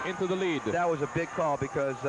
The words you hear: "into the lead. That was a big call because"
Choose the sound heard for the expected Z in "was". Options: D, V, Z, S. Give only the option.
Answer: Z